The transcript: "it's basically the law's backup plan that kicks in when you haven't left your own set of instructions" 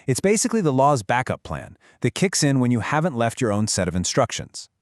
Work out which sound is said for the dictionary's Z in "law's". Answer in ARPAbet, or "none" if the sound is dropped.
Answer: Z